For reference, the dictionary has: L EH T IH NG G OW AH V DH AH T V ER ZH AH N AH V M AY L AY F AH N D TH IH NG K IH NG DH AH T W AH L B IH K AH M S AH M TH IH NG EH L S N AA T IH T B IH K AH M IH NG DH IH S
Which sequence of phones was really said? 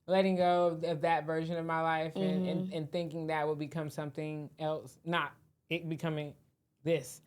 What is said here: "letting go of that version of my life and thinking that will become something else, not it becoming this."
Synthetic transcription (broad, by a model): L EH T IH NG G OW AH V DH AH T V ER ZH AH N AH V M AY L AY F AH N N TH IH NG K IH NG DH AH T W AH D B IH K AH M S AH M TH IH NG EH L S N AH T IH T B IH K AH M IH NG DH IH S